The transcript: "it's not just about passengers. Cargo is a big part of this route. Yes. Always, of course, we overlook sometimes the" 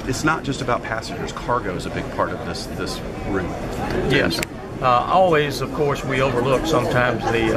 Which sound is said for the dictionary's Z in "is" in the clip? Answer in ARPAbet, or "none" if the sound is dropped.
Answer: Z